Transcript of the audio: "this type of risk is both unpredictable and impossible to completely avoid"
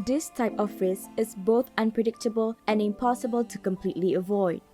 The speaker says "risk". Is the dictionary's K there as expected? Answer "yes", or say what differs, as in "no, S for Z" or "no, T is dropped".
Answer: no, K is dropped